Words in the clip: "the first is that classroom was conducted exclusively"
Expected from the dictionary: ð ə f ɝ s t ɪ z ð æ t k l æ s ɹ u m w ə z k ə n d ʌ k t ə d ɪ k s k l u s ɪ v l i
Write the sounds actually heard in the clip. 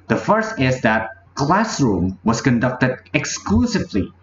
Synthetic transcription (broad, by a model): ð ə f ɝ s t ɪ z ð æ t k l æ s ɹ u m w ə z k ə n d ʌ k t ə d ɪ k s k l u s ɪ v l i